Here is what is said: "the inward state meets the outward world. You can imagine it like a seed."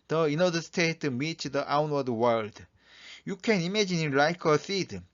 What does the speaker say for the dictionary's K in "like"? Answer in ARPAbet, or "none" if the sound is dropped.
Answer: K